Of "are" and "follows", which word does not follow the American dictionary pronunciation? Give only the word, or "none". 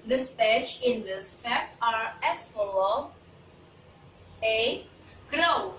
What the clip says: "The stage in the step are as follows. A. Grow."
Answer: follows